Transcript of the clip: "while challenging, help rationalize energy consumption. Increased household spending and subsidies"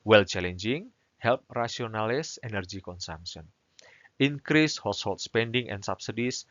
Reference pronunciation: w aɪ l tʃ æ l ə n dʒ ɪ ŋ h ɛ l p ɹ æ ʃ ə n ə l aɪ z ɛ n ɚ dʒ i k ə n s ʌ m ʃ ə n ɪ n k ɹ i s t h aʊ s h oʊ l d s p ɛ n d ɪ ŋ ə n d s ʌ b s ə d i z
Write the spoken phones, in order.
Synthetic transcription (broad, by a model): w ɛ l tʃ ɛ l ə n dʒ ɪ ŋ h ɛ l p ɹ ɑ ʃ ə n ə l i s ɛ n ɚ dʒ i k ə n s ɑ m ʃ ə n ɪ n k ɹ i s h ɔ s h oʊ l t s p ɛ n d ɪ ŋ ə n d s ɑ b s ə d i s